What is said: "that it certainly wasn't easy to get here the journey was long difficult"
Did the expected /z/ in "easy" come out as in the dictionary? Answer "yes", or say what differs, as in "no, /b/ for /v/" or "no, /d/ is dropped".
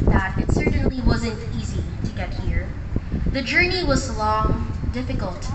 yes